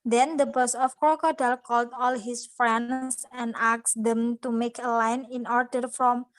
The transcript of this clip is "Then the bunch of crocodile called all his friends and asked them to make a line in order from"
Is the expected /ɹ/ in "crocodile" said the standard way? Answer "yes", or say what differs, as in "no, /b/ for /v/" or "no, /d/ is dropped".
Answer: no, /ɹ/ is dropped